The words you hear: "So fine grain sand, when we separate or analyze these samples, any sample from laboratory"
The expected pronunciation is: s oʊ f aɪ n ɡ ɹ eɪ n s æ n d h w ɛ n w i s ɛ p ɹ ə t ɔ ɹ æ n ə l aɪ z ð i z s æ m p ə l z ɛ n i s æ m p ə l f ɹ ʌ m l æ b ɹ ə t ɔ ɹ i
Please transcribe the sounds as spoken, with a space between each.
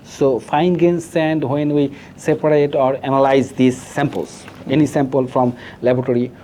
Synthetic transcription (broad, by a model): s oʊ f aɪ n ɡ eɪ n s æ n d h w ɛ n w i s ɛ p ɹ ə t ɔ ɹ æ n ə l aɪ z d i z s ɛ m p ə l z ɛ n i s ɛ m p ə l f ɹ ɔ m l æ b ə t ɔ ɹ i